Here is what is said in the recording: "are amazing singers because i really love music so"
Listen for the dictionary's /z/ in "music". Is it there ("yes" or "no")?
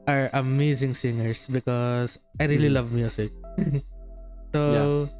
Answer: no